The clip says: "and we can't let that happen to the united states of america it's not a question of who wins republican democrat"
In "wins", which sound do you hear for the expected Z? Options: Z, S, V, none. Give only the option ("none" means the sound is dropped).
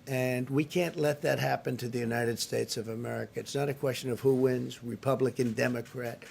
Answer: Z